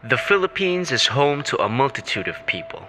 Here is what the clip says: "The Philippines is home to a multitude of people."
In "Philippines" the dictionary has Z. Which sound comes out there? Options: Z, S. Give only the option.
Z